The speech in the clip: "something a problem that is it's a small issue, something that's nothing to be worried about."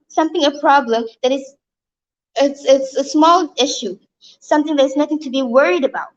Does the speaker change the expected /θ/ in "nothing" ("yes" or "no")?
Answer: no